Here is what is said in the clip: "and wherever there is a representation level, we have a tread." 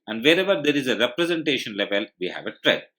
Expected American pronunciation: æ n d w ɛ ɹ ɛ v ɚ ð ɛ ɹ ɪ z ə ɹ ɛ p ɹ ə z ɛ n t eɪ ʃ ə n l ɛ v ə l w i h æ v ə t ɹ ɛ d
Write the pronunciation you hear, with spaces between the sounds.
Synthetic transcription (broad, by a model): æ n d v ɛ ɹ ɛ v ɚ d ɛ ɹ ɪ z ə ɹ ɛ p ɹ ə z ɛ n t eɪ ʃ ə n l ɛ v ə l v i h æ v ə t ɹ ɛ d